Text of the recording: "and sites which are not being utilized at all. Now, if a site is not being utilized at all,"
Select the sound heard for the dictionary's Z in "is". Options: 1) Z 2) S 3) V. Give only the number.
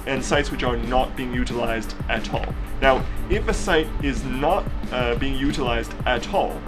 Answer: 1